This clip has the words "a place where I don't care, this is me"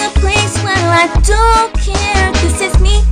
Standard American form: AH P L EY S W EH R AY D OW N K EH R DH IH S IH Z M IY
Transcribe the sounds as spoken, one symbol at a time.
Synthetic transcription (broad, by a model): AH P L EY S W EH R AY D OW K EH R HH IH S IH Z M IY